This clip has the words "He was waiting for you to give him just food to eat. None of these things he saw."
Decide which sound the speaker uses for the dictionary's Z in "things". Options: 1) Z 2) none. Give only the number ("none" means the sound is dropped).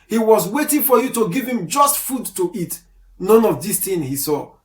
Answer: 2